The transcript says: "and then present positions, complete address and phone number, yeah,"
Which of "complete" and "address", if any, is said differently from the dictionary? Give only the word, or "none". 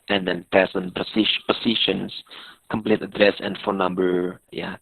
none